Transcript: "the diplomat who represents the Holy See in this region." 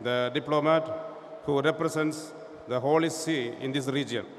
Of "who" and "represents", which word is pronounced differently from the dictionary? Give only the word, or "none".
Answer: represents